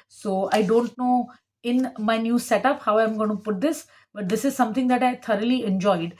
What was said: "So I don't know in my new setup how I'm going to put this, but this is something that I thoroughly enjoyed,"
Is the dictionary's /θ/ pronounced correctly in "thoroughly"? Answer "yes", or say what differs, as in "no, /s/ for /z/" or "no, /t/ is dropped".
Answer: no, /t/ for /θ/